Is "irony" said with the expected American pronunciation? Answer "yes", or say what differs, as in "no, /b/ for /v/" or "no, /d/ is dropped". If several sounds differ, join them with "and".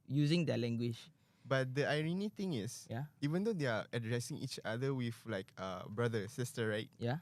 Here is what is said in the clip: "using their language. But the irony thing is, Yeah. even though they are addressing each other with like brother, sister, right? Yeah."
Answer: yes